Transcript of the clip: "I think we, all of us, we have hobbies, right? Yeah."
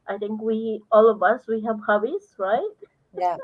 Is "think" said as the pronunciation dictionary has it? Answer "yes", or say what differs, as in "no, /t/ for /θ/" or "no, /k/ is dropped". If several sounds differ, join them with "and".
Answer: no, /t/ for /θ/